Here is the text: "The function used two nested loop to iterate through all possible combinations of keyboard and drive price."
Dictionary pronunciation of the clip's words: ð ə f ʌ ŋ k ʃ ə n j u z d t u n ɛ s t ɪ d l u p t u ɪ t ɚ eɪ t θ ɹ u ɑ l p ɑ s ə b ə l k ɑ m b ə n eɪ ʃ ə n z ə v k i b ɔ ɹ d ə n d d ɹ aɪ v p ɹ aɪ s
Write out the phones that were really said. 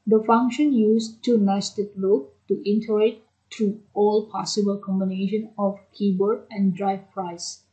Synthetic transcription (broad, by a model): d ə f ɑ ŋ k ʃ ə n j u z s t u n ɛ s t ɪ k l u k t u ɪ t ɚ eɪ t t ɹ u ɑ l p ɑ s ə b ə l k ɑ m b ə n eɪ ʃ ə n ə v k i b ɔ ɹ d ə n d d ɹ aɪ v p ɹ aɪ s